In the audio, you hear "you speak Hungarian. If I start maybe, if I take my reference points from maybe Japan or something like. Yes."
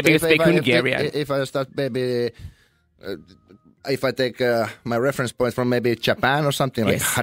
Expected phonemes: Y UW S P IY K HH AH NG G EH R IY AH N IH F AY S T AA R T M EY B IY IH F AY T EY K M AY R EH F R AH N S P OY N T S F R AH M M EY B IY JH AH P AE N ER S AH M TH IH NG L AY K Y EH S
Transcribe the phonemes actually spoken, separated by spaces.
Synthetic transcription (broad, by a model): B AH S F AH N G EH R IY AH IH F AY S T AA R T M EY B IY IH F AY T EY K M AY R EH F R AH N S P OY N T F R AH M M EY B IY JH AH P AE N ER S AH M TH IH NG L AY K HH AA